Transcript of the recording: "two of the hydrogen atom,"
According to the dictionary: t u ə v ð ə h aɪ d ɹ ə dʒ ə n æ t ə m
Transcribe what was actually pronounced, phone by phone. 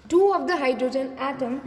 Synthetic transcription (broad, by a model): t u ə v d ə h aɪ d ɹ ə dʒ ə n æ t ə m